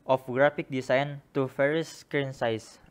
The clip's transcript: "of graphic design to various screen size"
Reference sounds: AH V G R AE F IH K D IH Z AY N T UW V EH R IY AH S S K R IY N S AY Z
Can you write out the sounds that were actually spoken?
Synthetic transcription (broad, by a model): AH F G R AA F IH K D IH S AY N T UW F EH R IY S S K R IY N S AY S